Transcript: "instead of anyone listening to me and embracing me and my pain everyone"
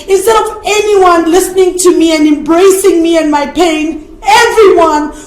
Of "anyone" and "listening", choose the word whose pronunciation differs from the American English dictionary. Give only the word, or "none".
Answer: none